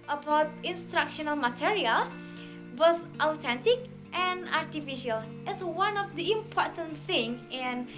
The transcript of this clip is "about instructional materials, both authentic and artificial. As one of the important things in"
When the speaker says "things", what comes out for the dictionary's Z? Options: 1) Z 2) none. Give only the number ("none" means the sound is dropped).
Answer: 2